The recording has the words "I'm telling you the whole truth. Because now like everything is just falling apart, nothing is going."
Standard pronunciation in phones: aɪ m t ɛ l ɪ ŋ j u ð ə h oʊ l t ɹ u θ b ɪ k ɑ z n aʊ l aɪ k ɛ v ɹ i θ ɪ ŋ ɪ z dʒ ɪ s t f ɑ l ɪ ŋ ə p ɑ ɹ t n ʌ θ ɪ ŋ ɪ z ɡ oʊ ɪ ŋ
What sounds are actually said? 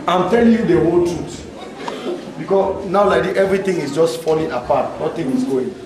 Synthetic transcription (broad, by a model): aɪ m t ɛ l ɪ ŋ j u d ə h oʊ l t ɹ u t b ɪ k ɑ s n aʊ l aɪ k ɛ v ɹ i t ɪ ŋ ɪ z dʒ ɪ s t f ɑ l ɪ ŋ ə p ɑ t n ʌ t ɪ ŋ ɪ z ɡ oʊ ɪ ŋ